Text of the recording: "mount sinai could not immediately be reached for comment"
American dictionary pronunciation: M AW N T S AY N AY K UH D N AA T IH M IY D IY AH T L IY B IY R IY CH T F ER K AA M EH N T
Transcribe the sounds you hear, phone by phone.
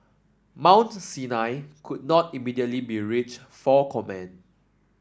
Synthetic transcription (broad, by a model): M AW N T S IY N AY K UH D N AA T IH M IY D IY AH T L IY B IY R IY CH F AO K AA M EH N